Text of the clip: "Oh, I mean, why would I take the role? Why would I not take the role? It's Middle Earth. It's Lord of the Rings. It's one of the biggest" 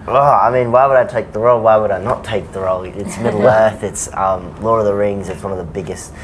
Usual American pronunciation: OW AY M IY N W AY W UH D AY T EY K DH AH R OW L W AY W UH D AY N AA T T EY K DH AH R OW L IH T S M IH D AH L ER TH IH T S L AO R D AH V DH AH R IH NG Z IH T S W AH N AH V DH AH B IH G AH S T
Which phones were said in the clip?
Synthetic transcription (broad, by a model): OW AY M IY N W AY W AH D AY T EY K DH AH R OW L W AY W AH D AY N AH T T EY K DH AH R OW L IH T S M IH D L ER TH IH T S L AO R AH DH AH R IH NG Z IH T S W AH N AH V DH AH B IH G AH S T